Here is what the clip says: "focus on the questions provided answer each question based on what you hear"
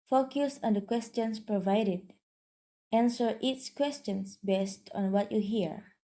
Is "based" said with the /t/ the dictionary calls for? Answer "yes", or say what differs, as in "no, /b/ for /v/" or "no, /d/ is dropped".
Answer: yes